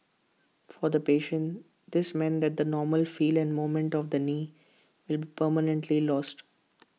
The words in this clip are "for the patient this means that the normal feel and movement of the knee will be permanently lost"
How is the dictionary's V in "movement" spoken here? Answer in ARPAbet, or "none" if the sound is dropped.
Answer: none